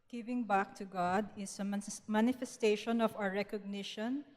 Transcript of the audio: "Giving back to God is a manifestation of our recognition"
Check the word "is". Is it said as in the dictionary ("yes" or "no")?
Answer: no